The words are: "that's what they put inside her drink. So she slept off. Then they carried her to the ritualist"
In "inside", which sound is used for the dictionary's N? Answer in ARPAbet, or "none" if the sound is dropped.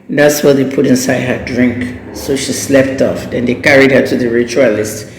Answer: N